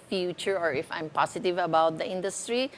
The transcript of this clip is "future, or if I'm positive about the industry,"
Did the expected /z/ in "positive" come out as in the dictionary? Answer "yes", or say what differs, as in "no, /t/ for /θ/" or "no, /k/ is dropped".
no, /s/ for /z/